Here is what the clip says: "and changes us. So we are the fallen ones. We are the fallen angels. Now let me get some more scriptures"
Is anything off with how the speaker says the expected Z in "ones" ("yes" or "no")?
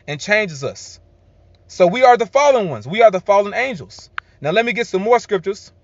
no